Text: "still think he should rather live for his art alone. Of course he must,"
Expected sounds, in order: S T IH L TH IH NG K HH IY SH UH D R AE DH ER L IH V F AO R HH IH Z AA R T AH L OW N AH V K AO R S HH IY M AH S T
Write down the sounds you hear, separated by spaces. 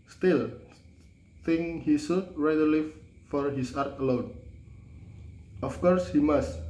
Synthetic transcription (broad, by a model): S T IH L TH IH NG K HH IY S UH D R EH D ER L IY F AO R HH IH S AA R T AH L OW N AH F K AO R S HH IY M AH S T